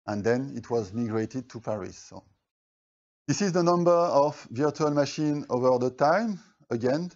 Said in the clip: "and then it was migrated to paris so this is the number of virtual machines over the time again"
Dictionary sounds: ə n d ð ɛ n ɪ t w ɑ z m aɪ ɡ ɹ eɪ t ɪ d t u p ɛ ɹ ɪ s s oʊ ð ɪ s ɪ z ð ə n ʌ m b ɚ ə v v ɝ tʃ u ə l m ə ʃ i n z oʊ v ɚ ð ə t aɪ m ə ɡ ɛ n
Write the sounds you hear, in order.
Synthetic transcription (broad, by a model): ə n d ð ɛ n ɪ t w ɑ z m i ɡ ɹ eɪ t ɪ d t u p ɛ ɹ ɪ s s oʊ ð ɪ s ɪ z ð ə n ʌ m b ɚ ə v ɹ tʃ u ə l m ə ʃ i n oʊ v ɚ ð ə t aɪ m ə ɡ ɛ n